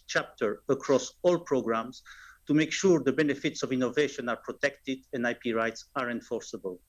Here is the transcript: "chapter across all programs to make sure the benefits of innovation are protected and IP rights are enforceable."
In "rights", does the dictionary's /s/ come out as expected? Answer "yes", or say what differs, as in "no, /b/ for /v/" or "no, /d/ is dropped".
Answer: yes